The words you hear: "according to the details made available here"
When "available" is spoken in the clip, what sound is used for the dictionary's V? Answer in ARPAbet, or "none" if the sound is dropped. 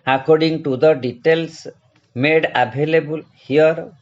B